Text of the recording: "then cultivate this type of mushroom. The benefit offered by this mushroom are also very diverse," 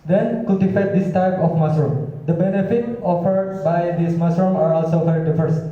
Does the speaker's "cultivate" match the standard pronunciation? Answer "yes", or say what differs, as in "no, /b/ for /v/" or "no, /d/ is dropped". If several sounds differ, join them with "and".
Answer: no, /l/ is dropped and /f/ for /v/